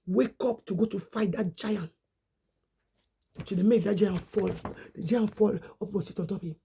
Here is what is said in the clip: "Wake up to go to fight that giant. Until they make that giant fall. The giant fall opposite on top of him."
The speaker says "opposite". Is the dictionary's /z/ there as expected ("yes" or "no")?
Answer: no